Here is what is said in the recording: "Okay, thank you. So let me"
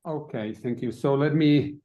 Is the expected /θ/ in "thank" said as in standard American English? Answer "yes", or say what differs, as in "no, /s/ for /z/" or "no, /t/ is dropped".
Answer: yes